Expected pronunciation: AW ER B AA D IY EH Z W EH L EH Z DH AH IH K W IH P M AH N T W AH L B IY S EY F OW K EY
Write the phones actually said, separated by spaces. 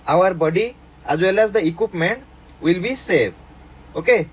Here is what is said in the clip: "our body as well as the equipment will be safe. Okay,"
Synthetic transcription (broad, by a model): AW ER B AA D IY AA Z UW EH L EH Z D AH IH K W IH P M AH N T W AH L B IY S EY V OW K EY